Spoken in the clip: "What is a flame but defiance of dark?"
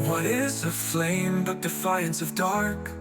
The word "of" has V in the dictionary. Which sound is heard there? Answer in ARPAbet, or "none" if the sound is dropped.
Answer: V